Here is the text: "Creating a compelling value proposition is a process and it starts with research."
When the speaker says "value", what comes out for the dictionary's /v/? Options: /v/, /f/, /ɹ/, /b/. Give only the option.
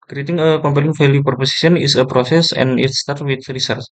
/f/